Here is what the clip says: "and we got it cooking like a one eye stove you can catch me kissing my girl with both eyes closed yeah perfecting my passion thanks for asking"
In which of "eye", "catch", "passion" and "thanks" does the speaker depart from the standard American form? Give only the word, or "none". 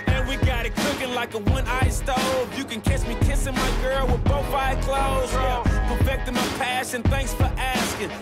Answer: catch